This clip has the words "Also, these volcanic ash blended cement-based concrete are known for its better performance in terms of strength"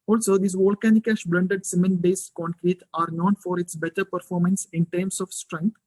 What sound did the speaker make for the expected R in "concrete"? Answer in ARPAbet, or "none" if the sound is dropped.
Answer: R